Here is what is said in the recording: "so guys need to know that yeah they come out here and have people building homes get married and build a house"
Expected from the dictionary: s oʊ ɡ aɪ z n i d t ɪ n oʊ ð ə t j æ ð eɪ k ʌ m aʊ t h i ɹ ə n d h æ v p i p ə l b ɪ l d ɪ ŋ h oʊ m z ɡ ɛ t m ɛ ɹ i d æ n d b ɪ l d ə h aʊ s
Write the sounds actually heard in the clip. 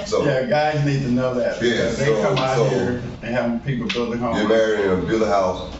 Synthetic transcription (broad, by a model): s oʊ ɡ aɪ z n i d t ɪ n oʊ ð ə t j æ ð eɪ k ʌ m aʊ h i ɹ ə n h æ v p i p l b ɪ l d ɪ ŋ h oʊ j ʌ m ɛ ɹ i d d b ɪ l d ə h aʊ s